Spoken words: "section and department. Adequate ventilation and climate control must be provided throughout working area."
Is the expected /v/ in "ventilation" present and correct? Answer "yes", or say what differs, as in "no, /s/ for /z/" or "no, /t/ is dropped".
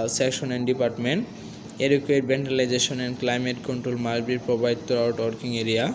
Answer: no, /b/ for /v/